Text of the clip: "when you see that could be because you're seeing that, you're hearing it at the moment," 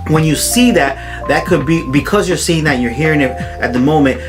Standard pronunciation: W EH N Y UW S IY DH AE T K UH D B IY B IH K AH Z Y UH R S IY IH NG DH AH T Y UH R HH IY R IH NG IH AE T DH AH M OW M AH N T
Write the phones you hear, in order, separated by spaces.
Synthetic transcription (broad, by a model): W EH N Y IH S IY DH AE T K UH D B IY B IH K AH Z Y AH R S IY IH NG DH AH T Y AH R HH IY R IH NG IH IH T DH AH M OW M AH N T